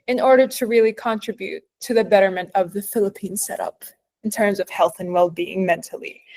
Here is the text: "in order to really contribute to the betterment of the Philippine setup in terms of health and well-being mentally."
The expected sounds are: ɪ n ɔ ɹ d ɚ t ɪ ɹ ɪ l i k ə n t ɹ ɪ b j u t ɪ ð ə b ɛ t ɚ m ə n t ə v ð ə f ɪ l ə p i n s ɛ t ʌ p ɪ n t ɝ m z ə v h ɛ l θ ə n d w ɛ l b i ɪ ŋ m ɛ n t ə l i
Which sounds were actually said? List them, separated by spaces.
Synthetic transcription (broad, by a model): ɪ n ɔ ɹ d ɚ t ɪ ɹ ɪ l i k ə n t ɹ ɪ b j u t ɪ ð ə b ɛ t ɚ m ə n t ə v ð ə f ɪ l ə p i n s ɛ t ʌ p ɪ n t ɝ m z ə v h ɛ l θ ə n w ɛ l b i ɪ ŋ m ɛ n t l i